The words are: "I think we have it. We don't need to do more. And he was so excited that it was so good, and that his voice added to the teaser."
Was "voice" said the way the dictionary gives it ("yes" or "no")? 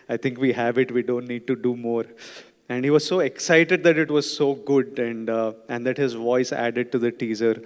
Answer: yes